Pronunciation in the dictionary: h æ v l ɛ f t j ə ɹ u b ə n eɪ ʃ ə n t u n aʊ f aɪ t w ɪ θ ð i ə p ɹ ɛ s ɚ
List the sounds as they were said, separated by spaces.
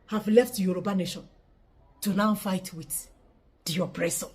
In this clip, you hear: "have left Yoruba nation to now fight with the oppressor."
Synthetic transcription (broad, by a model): h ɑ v l ɛ f t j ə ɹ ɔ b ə n eɪ ʃ ə n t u n aʊ f aɪ t w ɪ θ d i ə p ɹ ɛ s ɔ